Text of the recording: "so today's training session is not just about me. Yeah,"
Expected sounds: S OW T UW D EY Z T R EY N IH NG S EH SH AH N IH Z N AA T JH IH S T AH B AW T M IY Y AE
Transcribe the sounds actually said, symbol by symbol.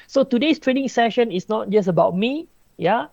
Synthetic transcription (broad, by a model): S OW T UW D EY S T R EY N IH NG S EH SH AH N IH S N AA T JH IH S AH B AW T M IY Y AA